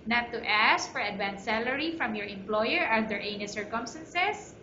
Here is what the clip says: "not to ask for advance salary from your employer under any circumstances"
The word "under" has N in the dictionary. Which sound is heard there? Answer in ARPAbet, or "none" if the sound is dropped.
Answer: none